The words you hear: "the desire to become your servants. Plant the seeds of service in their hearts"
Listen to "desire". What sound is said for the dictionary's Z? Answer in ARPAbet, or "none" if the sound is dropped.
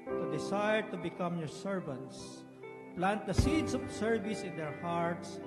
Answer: S